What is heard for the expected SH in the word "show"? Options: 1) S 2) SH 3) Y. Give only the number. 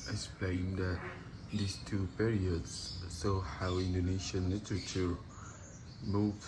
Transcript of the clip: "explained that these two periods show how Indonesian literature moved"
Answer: 1